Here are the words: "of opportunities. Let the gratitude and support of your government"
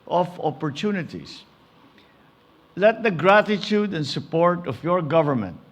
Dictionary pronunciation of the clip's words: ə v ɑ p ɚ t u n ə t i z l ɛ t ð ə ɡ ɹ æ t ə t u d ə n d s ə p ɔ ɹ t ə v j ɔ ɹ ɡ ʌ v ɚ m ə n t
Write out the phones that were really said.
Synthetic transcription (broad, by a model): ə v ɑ p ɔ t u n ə t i s l ɛ t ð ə ɡ ɹ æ t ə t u d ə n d s ə p ɔ ɹ t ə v j ɔ ɹ ɡ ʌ v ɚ m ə n t